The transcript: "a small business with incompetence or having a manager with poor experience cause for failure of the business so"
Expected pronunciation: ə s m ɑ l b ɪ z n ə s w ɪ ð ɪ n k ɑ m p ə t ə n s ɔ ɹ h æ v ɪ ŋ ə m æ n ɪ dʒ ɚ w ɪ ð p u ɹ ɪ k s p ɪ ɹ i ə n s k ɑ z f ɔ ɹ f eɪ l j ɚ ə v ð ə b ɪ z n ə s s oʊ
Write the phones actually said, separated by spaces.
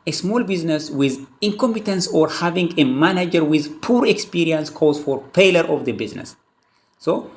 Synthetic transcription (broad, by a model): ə s m ɑ l b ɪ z n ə s w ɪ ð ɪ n k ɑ m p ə t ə n s ɔ ɹ h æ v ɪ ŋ ə m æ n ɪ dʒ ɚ w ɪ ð p u ɹ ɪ k s p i ɹ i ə n s k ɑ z f ɔ ɹ p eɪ l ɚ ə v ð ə b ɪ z n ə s s oʊ